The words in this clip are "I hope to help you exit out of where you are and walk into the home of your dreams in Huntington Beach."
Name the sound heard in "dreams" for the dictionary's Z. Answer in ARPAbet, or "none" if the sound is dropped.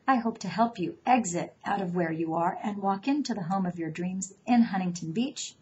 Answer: Z